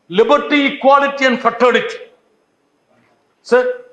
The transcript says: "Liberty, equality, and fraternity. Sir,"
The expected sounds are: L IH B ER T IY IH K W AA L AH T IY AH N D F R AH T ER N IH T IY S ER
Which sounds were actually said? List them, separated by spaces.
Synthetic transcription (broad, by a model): L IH B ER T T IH K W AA L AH T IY AH N D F AH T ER IH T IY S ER